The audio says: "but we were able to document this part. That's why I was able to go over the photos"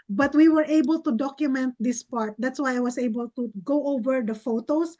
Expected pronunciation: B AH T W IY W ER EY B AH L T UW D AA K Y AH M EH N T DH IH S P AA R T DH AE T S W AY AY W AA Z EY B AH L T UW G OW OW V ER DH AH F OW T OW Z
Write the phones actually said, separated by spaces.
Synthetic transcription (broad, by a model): B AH T W IY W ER EY B AH L T UW D AA K Y AH M EH N T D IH S P AA R T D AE T S W AY AY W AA S EY B AH L T UW G OW OW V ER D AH F OW T OW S